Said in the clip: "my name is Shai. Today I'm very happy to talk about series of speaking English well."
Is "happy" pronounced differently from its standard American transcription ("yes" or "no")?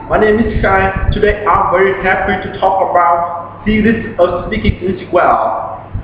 yes